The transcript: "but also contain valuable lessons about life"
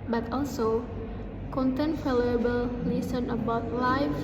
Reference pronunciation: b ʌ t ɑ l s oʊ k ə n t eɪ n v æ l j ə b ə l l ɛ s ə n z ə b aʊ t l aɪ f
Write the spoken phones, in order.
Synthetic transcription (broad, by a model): b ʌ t ɑ l s oʊ k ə n t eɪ n f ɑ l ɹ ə b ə l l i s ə n ə b aʊ t l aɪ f